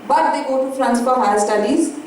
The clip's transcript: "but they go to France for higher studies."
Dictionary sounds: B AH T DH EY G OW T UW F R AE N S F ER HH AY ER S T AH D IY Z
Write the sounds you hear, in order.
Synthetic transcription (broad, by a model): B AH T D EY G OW T UW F R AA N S P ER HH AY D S T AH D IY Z